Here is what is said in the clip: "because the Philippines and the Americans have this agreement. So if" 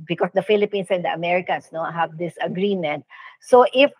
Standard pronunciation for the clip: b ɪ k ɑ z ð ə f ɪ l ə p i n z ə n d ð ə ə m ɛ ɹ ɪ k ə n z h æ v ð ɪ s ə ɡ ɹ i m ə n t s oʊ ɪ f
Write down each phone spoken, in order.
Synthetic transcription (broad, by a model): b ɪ k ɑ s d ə f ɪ l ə p i n s ə n d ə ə m ɛ ɹ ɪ k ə n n h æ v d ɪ s ə ɡ ɹ i m ə n t s oʊ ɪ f